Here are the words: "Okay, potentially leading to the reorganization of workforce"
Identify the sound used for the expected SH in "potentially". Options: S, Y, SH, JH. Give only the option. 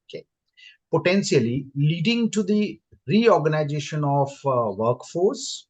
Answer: S